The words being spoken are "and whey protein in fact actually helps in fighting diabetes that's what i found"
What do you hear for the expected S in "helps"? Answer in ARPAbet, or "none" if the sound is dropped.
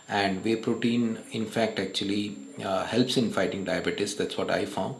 S